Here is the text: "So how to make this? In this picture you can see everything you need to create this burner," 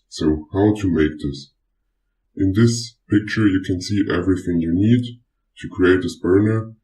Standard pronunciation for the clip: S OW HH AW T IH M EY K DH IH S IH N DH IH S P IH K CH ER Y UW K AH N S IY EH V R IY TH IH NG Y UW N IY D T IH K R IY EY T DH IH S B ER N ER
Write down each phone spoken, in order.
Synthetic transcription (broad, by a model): S OW HH AW T IH M EY K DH IH S IH N DH IH S P IH K CH ER Y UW K AH N S IY EH V R IY TH IH NG Y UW N IY D T IH K R IY EY T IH S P ER N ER